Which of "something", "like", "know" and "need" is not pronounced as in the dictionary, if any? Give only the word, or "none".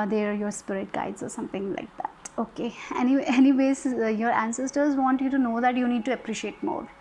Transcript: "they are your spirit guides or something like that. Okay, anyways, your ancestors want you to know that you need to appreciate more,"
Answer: something